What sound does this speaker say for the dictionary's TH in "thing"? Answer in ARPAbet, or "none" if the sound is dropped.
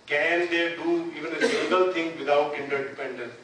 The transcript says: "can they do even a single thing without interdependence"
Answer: T